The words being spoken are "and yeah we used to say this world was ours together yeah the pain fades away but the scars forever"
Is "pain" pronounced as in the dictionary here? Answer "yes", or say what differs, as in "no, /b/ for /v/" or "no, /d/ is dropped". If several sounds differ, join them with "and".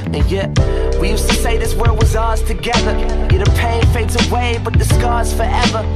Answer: yes